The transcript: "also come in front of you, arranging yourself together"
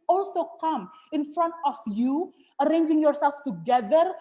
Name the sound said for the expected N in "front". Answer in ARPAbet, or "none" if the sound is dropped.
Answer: N